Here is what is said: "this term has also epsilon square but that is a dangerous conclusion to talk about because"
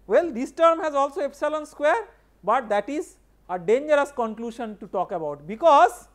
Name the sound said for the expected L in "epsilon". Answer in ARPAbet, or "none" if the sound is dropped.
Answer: L